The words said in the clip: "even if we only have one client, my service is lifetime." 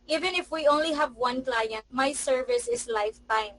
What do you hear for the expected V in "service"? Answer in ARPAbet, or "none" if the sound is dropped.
V